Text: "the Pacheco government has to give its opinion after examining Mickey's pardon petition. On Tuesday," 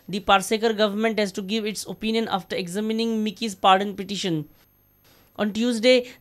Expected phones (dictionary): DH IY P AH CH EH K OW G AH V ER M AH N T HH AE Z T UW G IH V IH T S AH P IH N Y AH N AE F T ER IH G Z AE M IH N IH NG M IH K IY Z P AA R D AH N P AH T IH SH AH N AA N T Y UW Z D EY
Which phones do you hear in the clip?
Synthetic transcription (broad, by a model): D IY P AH S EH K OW G AH V ER M AH N T HH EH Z T UW G IH V IH T S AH P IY N Y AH N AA F T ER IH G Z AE M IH N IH NG M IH K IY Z P AA R D AH N P AH T IH SH AH N AA N T Y UW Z D EY